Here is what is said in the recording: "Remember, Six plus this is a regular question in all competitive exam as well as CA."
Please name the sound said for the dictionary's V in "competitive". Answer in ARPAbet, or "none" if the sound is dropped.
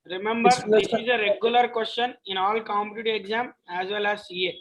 none